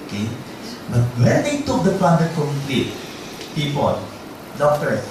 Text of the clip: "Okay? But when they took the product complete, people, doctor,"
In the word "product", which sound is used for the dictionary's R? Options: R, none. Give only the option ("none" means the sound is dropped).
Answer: none